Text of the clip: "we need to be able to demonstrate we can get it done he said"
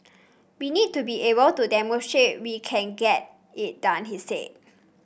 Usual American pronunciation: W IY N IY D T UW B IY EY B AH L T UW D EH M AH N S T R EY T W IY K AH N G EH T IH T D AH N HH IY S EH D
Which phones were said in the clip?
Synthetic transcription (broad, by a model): W IY N IY D T UW B IY EY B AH L T UW D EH M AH S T R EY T W IY K AH N G EH T IH T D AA N HH IY S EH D